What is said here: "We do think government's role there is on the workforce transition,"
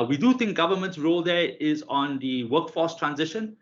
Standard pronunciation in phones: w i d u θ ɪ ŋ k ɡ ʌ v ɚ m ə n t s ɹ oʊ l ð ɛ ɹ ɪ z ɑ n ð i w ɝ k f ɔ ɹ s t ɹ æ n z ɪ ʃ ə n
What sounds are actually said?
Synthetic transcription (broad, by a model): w i d u t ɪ ŋ k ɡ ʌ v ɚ m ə n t s ɹ oʊ l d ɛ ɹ ɪ z ɑ n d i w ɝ k f ɔ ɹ s t ɹ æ n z ɪ ʃ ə n